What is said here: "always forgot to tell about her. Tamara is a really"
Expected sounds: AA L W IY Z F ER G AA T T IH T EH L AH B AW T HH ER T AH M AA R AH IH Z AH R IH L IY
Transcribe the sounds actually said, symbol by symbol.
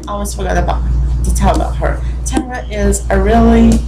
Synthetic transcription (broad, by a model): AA L W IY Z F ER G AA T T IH T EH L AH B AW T HH ER T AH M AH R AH IH Z AH R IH L IY